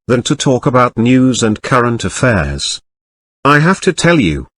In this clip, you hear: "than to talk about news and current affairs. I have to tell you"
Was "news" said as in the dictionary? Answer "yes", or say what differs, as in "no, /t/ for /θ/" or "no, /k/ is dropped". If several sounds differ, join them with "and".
yes